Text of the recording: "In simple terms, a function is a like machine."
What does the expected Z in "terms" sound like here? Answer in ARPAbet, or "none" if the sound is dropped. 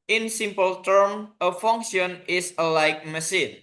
none